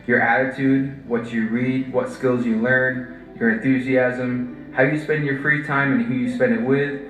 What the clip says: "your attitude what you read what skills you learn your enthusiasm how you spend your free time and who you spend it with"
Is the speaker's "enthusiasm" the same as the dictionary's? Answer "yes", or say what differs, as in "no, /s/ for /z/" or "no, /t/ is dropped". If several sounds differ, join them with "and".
yes